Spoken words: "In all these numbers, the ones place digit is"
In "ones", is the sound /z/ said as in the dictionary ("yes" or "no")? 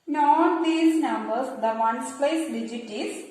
no